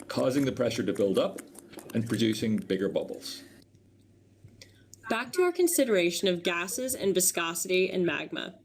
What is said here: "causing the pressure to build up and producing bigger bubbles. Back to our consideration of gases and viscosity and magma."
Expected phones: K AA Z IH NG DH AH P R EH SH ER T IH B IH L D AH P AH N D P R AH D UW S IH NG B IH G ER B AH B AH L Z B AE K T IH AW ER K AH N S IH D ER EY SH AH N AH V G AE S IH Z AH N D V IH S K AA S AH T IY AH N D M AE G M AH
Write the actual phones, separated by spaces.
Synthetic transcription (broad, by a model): K AA Z IH NG DH AH P R EH SH ER T IH B IH L D AH P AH N P R AH D UW S IH NG B IH G ER B AH B L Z B AE K T IH AW ER K AH N S IH D ER EY SH AH N AH V G AE S IH Z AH N V IH S K AA S AH T IY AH N M AE G M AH